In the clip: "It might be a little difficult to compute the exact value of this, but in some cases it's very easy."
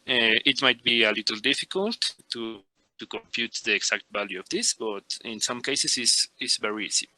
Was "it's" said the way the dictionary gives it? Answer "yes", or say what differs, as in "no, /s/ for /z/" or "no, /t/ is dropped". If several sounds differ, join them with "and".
no, /s/ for /t/